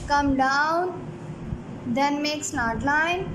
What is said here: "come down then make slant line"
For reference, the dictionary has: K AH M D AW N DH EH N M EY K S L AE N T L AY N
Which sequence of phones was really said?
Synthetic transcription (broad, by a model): K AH M D AW N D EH N M EY K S N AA T L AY N